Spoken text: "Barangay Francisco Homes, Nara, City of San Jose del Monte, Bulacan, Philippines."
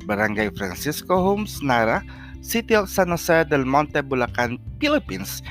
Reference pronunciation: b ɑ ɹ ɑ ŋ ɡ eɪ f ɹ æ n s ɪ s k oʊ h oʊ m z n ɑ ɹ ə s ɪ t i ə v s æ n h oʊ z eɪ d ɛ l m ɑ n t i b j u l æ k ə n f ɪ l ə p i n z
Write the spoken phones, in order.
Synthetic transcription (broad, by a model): b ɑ ɹ ɑ ŋ ɡ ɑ f ɹ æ n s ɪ s k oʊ h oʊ m s n ɑ ɹ ə s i t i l s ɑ n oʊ s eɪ d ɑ n m ɑ n t i b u l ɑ k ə n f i l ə p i n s